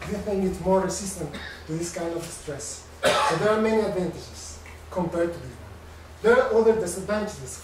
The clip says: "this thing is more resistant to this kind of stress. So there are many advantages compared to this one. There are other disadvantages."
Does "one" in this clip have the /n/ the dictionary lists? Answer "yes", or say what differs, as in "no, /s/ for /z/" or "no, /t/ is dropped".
no, /l/ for /n/